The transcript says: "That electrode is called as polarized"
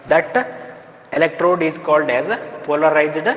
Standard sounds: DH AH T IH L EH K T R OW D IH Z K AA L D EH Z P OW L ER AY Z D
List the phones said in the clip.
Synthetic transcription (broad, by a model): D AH T IH L EH K T R OW D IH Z K AA L D EH Z P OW L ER AY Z D